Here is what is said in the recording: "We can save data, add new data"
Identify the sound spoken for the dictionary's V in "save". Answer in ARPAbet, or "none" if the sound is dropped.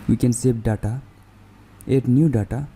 B